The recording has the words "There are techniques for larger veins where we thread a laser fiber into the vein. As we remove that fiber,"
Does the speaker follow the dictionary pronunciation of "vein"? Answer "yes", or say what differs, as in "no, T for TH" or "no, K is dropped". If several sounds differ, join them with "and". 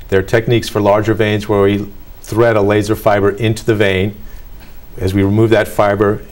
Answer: yes